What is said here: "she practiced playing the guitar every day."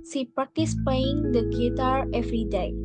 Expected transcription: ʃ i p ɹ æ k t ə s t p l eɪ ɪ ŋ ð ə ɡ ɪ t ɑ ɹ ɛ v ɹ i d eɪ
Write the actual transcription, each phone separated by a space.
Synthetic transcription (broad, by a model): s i p ɹ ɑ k t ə s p eɪ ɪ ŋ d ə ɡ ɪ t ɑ ɹ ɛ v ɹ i d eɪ